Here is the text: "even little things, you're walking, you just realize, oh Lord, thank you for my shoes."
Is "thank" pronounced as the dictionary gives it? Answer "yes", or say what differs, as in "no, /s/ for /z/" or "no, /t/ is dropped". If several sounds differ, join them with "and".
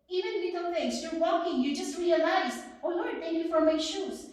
no, /t/ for /θ/